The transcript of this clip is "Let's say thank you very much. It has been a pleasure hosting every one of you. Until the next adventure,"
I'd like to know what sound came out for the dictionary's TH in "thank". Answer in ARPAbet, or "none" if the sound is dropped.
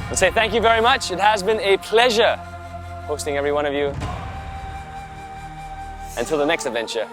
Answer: TH